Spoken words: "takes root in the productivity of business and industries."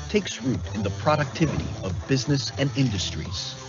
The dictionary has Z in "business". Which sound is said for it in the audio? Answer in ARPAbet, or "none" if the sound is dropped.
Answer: Z